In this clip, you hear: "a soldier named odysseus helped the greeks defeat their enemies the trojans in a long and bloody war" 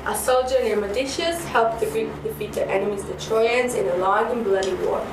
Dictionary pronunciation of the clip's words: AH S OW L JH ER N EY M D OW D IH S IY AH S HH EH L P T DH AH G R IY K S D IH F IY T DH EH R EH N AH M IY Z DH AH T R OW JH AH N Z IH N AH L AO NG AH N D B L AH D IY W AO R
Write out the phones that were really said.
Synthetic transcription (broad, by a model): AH S OW L JH ER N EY M OW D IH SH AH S HH EH L P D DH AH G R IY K D IH F IY T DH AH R EH N AH M IY Z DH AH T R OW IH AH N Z IH N AH L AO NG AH N B L AH D IY W AO